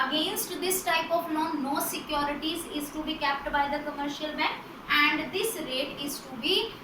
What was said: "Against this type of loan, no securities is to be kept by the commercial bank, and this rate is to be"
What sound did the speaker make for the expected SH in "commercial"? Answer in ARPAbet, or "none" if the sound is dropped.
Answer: SH